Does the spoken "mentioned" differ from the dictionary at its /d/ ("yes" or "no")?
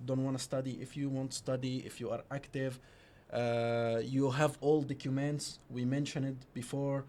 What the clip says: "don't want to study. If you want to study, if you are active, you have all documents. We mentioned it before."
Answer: yes